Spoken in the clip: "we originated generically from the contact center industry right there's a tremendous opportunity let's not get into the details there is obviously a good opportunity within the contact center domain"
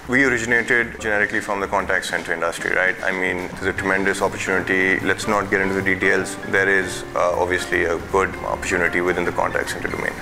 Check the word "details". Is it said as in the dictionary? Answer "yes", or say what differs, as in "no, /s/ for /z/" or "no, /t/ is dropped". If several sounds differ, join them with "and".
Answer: yes